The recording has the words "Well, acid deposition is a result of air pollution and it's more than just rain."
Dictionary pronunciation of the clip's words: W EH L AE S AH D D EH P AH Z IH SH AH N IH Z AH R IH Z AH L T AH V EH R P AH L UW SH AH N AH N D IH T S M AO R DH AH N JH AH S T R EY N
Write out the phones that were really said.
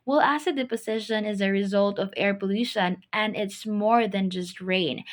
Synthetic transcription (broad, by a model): W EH L AE S AH D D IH P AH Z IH SH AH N IH Z AH R IH Z AH L T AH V EH R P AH L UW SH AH N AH N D IH T S M AO R DH AH N JH AH S T R EY N